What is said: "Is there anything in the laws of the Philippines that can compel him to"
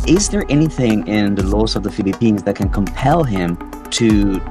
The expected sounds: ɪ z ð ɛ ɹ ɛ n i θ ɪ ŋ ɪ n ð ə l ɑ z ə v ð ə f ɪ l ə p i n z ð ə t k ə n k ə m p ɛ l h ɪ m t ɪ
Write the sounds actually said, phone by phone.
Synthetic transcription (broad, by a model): ɪ z ð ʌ ɹ ɛ n i θ ɪ ŋ ɪ n ð ə l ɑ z ə v ð ə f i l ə p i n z ð ə t k ə n k ə m p ɛ l h ɪ m t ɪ